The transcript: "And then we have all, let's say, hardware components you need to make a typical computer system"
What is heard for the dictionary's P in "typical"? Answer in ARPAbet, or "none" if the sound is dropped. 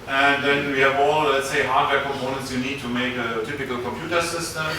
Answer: P